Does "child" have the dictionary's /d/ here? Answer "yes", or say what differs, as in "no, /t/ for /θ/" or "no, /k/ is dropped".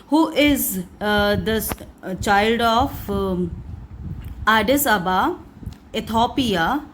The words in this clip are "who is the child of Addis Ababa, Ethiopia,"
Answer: yes